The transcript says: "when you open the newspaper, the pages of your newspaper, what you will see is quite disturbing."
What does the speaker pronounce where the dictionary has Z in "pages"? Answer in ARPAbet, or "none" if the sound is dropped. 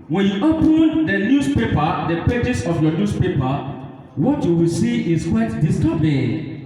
S